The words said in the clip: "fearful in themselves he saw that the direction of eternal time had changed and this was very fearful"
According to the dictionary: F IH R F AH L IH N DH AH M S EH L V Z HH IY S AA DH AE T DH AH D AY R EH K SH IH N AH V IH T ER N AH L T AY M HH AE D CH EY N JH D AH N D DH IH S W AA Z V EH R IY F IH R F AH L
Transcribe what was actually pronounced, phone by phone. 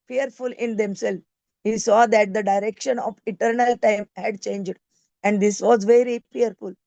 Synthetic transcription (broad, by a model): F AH R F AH L IH N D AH M S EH L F HH IY S AA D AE T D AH D AY R EH K SH IH N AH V IH T ER N AH L T AY M HH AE D CH EY N JH D AH N D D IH S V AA Z V EH R IY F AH R F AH L